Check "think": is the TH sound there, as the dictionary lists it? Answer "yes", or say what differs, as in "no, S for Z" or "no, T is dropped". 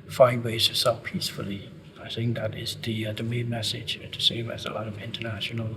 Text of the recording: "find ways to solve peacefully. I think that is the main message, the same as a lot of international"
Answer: yes